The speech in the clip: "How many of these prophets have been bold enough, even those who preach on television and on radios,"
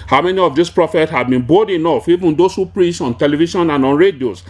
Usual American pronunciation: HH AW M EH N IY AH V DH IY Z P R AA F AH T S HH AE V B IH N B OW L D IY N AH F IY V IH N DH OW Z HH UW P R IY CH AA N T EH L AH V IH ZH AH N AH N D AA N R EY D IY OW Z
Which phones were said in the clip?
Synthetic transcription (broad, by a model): HH AW M EH N IY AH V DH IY S P R AA F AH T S HH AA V B IH N B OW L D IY N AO F IY V IH N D OW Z HH UW P R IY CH AA N T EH L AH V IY SH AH N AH N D AA N R EY D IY OW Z